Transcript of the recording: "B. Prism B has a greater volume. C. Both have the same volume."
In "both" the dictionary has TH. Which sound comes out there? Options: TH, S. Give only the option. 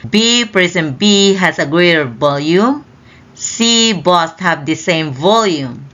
S